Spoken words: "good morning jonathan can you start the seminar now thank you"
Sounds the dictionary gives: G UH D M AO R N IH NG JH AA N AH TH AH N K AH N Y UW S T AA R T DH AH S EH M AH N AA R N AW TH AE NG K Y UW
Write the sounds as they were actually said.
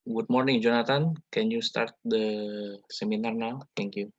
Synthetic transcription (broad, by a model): G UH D M AO R N IH NG JH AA N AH T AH N K AH N Y UW S T AA R T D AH S EH M AH N AA R N AW T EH NG K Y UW